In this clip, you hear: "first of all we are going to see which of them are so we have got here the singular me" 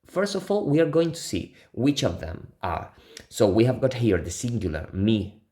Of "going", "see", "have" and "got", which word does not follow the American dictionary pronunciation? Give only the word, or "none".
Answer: none